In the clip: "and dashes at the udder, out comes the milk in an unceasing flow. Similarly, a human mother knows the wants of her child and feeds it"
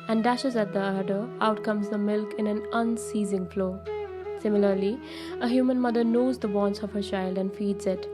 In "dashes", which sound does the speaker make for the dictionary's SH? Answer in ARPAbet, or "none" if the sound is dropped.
SH